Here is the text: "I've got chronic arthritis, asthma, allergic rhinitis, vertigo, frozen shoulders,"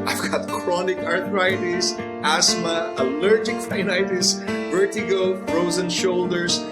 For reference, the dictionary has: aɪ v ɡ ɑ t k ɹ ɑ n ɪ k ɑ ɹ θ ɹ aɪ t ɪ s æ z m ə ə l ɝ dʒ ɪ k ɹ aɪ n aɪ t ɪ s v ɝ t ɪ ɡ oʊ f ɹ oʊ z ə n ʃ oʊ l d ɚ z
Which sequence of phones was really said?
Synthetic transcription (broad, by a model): aɪ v ɡ ɑ t k ɹ ɑ n ɪ k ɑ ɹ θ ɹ aɪ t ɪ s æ s m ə ə l ɝ dʒ ɪ k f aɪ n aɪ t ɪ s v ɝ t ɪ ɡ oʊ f ɹ oʊ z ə n ʃ oʊ l d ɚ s